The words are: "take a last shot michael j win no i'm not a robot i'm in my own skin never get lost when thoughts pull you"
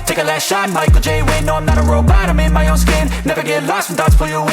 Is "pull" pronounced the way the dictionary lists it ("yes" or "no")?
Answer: no